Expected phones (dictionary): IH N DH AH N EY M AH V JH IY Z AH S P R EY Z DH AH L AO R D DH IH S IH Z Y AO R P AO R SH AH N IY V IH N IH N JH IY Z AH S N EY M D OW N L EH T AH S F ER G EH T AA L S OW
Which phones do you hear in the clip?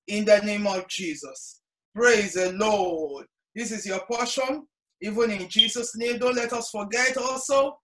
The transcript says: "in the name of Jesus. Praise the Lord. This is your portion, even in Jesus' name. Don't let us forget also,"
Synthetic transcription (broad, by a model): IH N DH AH N EY M AH V JH IY Z AH S P R EY Z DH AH L AO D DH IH S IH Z Y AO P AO SH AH N IY V IH N IH N JH IY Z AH S N EY M D OW N L EH T AH S F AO G EH T AA L S OW